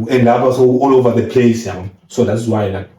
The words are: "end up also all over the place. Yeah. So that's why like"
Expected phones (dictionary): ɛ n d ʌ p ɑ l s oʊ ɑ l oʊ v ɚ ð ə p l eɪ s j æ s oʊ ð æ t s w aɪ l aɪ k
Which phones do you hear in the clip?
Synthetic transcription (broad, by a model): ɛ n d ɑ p ɑ s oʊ ɑ l oʊ v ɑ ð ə p l eɪ s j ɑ s oʊ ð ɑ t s w aɪ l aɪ